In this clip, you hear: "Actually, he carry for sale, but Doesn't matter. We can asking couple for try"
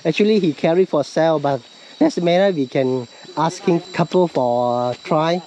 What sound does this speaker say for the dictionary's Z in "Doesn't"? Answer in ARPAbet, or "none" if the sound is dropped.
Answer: S